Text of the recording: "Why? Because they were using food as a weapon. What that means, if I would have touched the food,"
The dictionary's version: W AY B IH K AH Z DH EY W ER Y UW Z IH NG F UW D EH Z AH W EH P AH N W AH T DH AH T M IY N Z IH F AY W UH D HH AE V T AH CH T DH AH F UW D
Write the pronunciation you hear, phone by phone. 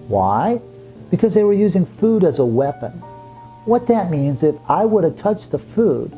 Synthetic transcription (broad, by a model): W AY B IH K AH Z DH EY W ER Y UW Z IH NG F UW D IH Z AH W EH P AH N W AH T DH AH T M IY N Z IH F AY W UH D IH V T AH CH DH AH F UW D